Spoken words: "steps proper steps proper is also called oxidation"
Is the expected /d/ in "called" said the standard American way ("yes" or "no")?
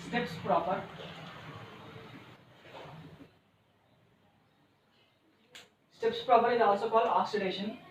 no